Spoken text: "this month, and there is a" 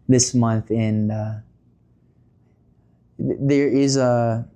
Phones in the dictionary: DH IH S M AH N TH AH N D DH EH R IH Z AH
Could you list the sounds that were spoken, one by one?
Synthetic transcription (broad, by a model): DH IH S M AH N TH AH N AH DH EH R IH Z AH